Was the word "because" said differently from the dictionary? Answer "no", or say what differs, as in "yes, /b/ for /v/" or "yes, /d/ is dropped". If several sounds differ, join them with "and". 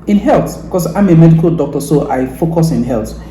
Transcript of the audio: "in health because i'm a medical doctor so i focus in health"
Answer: yes, /s/ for /z/